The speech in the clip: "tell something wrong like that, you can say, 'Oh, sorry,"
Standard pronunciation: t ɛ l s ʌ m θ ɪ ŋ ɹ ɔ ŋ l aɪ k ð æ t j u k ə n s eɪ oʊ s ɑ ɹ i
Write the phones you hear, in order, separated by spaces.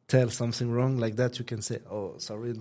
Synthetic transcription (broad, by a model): t ɛ l s ʌ m θ ɪ ŋ ɹ ɔ ŋ l aɪ k ð æ t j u k ə n s eɪ oʊ s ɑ ɹ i